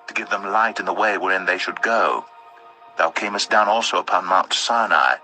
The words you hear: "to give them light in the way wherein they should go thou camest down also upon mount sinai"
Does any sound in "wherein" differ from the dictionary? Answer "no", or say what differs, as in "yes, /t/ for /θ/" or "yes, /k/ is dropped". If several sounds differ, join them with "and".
no